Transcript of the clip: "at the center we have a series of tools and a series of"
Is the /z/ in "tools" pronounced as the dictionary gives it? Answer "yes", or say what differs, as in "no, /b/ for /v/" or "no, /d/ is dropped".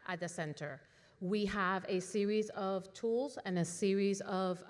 yes